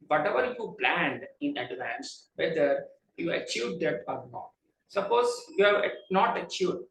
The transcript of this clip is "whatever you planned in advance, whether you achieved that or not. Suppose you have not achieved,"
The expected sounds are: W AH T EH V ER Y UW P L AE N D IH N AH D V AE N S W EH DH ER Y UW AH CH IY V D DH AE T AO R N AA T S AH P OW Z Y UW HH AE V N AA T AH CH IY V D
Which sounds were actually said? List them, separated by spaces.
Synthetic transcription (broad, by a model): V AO T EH V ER Y UW P L AE N D IH N AH D V AE N S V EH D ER Y UW AH CH IY V D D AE T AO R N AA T S AH P OW Z Y UW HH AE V N AA T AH CH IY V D